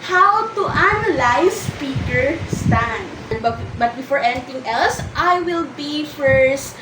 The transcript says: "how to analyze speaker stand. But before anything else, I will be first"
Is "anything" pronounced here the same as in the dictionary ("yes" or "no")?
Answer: no